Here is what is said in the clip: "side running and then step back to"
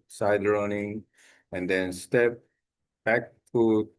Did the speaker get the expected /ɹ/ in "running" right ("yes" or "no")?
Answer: yes